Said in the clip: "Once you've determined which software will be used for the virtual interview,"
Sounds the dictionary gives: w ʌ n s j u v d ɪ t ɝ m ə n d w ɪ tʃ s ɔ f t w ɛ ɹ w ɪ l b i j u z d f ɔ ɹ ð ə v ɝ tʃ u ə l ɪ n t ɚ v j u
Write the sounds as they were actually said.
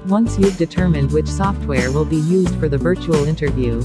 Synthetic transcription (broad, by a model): w ʌ n s j u v d ɪ t ɝ m ə n d w ɪ tʃ s ɔ f t w ɛ ɹ w ɪ l b i j u z d f ɔ ɹ ð ə v ɝ tʃ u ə l ɪ n t ɚ v j u